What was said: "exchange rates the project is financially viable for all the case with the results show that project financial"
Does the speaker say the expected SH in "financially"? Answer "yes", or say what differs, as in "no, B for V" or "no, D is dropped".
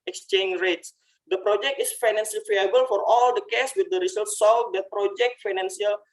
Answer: no, S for SH